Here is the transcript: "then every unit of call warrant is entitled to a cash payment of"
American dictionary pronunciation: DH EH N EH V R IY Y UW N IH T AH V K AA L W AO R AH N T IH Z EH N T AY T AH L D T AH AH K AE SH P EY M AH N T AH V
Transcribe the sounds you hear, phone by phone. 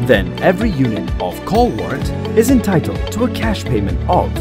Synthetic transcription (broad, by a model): DH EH N EH V R IY Y UW N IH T AH V K AA L W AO R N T IH Z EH N T AY T L D T AH AH K AE SH P EY M AH N T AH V